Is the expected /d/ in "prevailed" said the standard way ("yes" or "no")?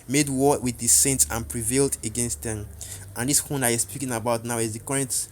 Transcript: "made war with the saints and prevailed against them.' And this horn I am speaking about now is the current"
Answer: yes